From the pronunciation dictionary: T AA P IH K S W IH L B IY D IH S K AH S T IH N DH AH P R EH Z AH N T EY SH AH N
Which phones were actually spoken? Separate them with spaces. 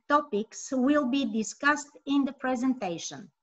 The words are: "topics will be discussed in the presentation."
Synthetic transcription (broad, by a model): T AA P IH K S W IH L B IY D IH S K AH S T IH N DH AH P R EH Z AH N T EY SH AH N